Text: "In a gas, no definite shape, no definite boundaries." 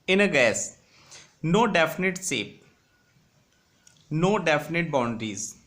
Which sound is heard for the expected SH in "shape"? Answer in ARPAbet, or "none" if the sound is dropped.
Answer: S